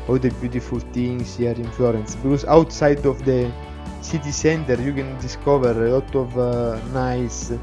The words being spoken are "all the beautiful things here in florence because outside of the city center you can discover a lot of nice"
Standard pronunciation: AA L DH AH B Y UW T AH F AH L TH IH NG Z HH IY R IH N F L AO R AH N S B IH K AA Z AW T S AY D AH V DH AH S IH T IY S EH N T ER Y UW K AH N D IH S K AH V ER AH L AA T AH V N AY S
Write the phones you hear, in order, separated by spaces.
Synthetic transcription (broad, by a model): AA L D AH B Y UW T AH F AH L T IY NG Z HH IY R IH N F L AO R AH N S B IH K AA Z AW T S AY D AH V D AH S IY T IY S EH N T ER Y UW K AH N D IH S K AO V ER AH L AA T AH V N AY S